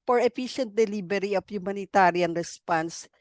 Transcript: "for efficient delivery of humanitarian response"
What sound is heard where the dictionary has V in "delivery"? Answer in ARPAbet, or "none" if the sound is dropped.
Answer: B